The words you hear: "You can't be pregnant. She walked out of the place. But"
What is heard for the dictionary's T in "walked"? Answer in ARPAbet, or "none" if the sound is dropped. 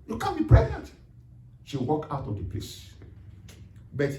none